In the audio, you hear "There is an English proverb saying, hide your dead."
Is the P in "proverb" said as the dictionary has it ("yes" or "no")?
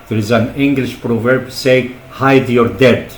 yes